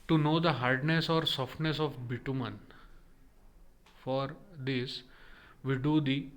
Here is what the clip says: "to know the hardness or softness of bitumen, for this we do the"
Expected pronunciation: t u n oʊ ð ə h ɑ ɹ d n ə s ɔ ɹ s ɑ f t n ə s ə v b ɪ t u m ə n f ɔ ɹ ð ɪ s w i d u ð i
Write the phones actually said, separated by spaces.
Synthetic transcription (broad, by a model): t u n oʊ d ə h ɑ ɹ d n ə s ɔ ɹ s ɑ f t n ə s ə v b ɪ t u m ə n f ɔ ɹ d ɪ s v i d u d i